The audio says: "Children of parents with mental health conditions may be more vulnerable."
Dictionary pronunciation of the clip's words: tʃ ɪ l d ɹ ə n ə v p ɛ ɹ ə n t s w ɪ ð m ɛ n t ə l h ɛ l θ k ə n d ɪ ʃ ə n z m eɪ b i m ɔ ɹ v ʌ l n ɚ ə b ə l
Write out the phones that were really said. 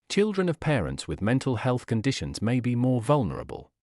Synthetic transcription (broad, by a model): tʃ ɪ l d ɹ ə n ə v p ɛ ɹ ə n t s w ɪ ð m ɛ n t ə l h ɛ l θ k ə n d ɪ ʃ ə n z m eɪ b i m ɔ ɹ v ʌ l n ɚ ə b ə l